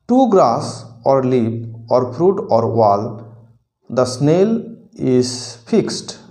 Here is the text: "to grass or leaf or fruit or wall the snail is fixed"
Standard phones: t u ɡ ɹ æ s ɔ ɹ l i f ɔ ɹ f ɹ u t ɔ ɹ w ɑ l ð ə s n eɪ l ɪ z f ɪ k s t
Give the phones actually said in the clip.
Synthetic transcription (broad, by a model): t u ɡ ɹ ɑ s ɔ ɹ l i p ɔ ɹ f ɹ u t ɔ ɹ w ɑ l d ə s n eɪ l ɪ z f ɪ k s t